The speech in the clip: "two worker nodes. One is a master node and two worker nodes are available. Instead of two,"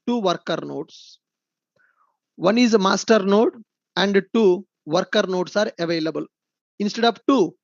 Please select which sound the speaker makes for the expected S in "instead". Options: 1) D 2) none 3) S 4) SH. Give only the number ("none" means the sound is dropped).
3